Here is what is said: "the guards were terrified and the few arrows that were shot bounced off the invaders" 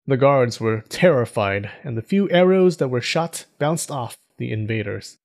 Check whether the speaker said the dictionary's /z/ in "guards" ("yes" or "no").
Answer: yes